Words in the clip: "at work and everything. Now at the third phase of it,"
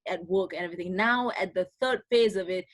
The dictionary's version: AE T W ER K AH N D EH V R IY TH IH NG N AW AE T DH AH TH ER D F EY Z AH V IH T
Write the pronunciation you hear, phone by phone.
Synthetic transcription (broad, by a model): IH T W ER K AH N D EH V R IY TH IH NG N AW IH T DH AH TH ER D F EY Z AH V IH T